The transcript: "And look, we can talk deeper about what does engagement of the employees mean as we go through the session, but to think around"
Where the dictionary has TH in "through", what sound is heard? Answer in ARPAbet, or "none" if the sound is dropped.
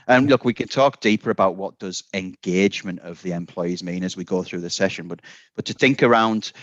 TH